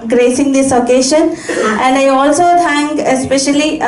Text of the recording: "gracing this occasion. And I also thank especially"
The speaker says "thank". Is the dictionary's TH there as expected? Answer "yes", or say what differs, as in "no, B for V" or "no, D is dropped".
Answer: no, T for TH